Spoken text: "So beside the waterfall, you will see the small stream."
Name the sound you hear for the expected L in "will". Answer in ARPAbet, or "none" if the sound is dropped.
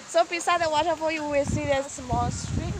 W